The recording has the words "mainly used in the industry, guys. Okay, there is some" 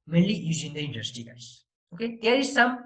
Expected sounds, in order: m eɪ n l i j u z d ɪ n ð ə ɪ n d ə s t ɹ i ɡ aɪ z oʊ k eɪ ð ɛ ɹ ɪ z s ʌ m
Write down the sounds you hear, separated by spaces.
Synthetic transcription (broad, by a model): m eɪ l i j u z ɪ n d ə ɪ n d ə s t i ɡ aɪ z oʊ k eɪ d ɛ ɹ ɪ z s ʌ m